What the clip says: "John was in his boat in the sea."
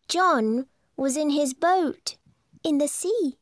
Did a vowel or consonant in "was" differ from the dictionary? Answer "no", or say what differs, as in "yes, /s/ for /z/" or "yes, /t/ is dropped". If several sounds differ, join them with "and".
no